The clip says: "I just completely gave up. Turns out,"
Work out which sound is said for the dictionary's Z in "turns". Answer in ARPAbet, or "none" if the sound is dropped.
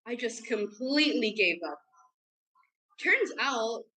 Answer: Z